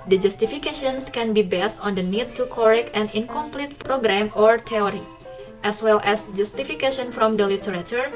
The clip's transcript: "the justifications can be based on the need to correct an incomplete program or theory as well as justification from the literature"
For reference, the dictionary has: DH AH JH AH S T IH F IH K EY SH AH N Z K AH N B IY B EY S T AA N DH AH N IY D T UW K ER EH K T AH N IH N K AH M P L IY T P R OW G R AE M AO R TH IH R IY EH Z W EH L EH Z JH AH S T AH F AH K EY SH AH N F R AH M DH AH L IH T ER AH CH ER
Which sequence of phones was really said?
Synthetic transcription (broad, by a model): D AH JH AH S T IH F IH K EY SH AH N S K AH N B IY B EY S T AA N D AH N IY D T UW K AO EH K T AH N IH N K AH M P L IY T P R OW G R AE M AO R T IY R IY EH S W EH L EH S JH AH S T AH F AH K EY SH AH N F R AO M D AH L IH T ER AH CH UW